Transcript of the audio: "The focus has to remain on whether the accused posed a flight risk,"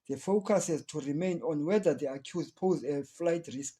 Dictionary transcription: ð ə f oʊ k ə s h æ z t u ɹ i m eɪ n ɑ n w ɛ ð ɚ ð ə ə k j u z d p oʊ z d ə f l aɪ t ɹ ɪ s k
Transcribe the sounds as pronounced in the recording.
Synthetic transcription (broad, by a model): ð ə f oʊ k ə s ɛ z t u ɹ i m eɪ n ɑ n w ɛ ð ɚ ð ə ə k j u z p oʊ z ə f l aɪ t ɹ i s k